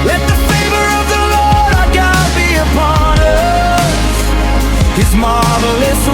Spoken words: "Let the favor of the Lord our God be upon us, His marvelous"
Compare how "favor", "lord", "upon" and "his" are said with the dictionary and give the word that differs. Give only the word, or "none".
none